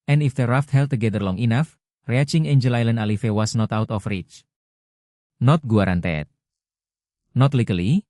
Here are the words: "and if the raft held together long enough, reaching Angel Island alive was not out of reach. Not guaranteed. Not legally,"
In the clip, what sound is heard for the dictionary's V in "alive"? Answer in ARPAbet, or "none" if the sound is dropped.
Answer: F